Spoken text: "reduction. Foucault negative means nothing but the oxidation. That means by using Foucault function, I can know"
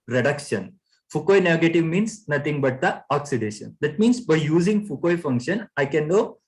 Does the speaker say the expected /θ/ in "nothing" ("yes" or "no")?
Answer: no